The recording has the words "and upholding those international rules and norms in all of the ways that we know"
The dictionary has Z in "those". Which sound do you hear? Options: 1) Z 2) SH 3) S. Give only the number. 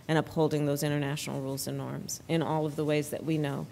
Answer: 1